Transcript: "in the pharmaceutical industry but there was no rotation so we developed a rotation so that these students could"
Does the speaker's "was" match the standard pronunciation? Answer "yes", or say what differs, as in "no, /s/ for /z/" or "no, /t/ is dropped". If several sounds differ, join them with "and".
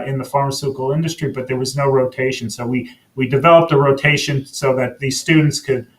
yes